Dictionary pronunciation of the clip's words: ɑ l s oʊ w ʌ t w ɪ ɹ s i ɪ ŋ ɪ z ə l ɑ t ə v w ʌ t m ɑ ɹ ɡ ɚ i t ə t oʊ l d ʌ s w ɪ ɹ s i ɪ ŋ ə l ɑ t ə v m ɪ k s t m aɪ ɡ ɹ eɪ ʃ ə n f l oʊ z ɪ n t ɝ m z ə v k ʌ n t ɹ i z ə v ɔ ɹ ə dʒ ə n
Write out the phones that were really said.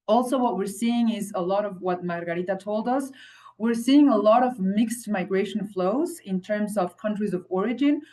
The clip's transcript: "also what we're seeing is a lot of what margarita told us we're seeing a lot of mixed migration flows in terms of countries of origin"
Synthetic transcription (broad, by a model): ɑ l s oʊ w ʌ t w ɪ ɹ s i ɪ ŋ ɪ z ə l ɑ t ə v w ʌ t m ɑ ɹ ɡ ɚ i t ə t oʊ l d ʌ s w ɪ ɹ s i ɪ ŋ ə l ɑ t ə v m ɪ k s t m aɪ ɡ ɹ eɪ ʃ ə n f l oʊ z ɪ n t ɝ m z ə v k ʌ n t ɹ i z ə v ɔ ɹ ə dʒ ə n